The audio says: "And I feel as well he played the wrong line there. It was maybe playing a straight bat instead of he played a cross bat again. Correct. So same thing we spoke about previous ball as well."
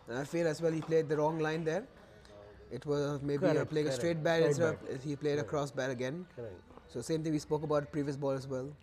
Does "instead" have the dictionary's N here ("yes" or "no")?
no